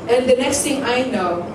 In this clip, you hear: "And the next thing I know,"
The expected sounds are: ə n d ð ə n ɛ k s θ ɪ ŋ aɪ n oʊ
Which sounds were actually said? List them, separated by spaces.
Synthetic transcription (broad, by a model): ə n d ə n ɛ k s t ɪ ŋ aɪ n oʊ